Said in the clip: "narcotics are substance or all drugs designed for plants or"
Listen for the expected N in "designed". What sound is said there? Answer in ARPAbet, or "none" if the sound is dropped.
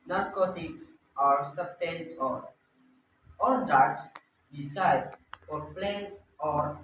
none